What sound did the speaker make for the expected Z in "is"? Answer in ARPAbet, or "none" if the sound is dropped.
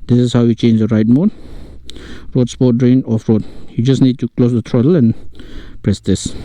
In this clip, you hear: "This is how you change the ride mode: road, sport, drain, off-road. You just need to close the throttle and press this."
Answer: S